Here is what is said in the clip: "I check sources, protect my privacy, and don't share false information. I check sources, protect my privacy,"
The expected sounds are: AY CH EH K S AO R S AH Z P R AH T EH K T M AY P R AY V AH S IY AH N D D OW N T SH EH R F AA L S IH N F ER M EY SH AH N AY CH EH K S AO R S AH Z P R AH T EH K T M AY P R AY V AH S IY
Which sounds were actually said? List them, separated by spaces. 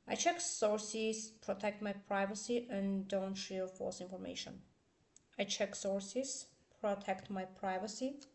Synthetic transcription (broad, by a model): AY CH EH K S AO R S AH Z P R AH T EH K T M AY P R AY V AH S IY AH N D D OW N T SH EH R F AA S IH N F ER M EY SH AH N AY CH EH K S AO R S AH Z P R AH T EH K T M AY P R AY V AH S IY